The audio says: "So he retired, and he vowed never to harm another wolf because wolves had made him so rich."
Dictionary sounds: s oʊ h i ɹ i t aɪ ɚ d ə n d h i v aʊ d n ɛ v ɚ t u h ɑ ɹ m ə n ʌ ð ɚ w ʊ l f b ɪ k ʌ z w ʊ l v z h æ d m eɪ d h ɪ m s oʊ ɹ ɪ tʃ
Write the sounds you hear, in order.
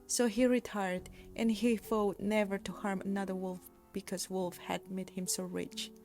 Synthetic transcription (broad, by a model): s oʊ h i ɹ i t aɪ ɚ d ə n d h i f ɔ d n ɛ v ɚ t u h ɑ ɹ m ə n ʌ ð ɚ w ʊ l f b ɪ k ʌ z w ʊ l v h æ d m eɪ d h ɪ m s oʊ ɹ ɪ tʃ